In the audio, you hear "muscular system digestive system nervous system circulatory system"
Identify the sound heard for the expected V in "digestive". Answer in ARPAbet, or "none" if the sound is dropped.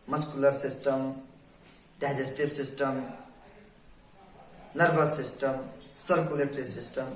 B